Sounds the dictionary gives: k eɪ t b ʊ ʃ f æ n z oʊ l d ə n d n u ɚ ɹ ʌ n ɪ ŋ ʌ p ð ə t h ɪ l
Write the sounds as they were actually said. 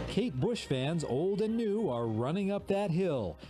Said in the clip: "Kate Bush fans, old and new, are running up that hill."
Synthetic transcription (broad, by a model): k eɪ t b ʊ ʃ f æ n z oʊ l d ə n n u ɚ ɹ ʌ n ɪ ŋ ʌ p ð ə t h ɪ l